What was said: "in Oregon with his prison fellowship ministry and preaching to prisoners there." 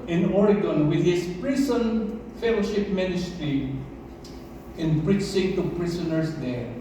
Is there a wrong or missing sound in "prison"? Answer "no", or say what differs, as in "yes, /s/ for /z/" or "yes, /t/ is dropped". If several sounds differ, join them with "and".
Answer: yes, /s/ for /z/